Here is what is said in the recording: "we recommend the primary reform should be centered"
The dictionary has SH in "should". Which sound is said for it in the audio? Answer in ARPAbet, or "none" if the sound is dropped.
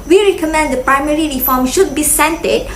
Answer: SH